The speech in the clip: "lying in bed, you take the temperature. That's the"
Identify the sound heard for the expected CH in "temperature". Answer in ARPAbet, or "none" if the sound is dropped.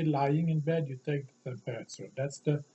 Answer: S